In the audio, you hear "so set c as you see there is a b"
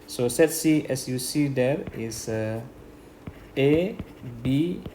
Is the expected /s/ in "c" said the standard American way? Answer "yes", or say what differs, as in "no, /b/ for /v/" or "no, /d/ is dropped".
yes